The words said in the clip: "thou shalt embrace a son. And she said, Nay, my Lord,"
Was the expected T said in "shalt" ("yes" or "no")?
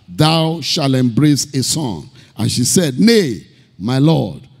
no